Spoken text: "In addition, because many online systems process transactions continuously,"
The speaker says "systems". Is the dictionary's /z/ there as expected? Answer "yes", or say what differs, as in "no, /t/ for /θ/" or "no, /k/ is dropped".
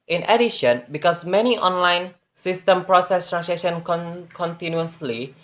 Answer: no, /z/ is dropped